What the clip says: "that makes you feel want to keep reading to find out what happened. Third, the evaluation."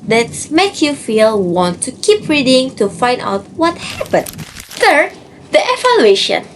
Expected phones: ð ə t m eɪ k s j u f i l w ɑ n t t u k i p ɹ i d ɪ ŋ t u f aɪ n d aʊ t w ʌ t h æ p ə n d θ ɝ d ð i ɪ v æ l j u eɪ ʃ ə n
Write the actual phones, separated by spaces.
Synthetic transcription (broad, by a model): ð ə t m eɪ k j u f i l w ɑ n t t u k i p ɹ i d ɪ ŋ t u f aɪ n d aʊ t w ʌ t h æ p ə n d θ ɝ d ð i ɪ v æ l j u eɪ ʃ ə n